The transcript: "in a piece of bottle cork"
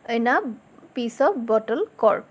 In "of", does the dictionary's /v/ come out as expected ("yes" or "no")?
no